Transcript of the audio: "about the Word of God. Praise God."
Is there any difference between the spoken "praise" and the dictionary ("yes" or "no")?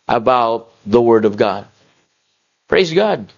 no